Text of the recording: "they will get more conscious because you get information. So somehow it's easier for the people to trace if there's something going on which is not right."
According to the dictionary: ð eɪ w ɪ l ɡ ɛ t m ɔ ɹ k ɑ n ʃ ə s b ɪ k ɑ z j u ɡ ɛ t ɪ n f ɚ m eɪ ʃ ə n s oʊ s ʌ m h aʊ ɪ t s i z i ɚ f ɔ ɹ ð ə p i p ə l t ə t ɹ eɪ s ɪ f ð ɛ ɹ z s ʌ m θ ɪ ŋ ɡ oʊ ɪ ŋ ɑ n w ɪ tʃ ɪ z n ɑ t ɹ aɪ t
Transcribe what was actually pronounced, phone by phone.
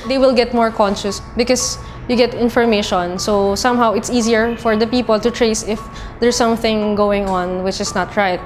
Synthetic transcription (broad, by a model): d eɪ w ɪ l ɡ ɛ t m ɔ ɹ k ɑ n ʃ ə s b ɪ k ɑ s j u ɡ ɛ t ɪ n f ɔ m eɪ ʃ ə n s oʊ s ʌ m h aʊ ɪ t s i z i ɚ f ɔ ɹ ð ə p i p ə l t ə t ɹ eɪ s ɪ f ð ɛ ɹ s ʌ m θ ɪ ŋ ɡ oʊ ɪ ŋ ɑ n w ɪ tʃ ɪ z n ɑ t ɹ aɪ t